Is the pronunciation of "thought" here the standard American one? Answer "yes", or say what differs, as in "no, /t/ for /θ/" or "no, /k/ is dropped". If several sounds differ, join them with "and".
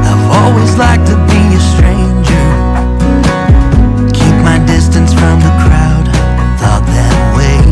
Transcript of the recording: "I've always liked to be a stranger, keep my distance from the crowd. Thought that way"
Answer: yes